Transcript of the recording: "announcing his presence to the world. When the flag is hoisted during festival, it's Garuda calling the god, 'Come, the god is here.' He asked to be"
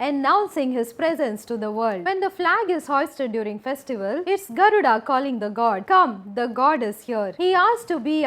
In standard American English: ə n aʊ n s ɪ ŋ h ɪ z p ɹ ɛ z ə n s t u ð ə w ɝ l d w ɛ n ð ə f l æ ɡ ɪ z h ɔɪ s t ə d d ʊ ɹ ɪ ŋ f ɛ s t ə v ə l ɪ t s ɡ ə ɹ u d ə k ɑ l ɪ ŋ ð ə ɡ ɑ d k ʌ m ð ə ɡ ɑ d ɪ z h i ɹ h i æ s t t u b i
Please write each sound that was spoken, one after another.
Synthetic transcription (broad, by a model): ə n aʊ n s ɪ ŋ h ɪ z p ɹ ɛ z ə n s t u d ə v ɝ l d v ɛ n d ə f l æ ɡ ɪ z h ɔɪ s t ə d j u ɹ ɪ ŋ f ɛ s t ə v ə l ɪ t s ɡ ə ɹ u d ə k ɑ l ɪ ŋ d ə ɡ ɑ d k ʌ m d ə ɡ ɑ d ɪ z h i ɹ h i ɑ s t t u b i